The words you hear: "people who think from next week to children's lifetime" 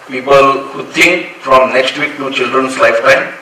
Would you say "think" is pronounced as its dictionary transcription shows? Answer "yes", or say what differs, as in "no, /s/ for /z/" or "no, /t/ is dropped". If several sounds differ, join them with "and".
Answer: no, /t/ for /θ/